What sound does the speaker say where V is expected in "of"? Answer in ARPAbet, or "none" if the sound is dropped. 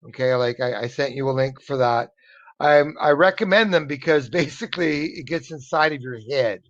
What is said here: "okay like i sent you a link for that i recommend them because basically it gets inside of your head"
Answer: V